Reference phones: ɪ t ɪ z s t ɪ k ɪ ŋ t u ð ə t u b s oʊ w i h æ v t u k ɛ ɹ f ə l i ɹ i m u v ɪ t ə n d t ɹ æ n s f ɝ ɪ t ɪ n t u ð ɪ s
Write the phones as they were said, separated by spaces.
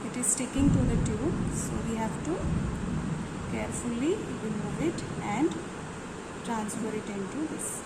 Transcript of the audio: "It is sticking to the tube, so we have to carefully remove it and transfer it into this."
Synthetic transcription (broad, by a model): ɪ t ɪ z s t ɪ k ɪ ŋ t u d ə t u s oʊ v i h æ v t u k ɛ ɹ f ə l i ɹ i m u v ɪ t ə n d t ɹ æ n s f ɝ ɪ t ɪ n t u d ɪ s